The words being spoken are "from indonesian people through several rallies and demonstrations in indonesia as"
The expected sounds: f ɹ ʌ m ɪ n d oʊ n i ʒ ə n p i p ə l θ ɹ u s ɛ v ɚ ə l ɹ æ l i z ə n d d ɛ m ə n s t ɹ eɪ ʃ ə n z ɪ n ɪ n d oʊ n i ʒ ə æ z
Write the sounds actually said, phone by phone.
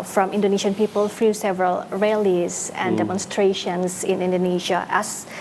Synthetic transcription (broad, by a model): f ɹ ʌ m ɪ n d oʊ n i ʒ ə n p i p ə l f ɹ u s ɛ v ɚ ə l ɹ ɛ l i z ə n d d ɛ m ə n s t ɹ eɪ ʃ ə n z ɪ n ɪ n d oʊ n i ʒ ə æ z